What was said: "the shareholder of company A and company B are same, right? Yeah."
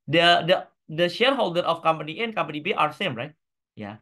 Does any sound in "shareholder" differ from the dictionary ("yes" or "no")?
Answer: no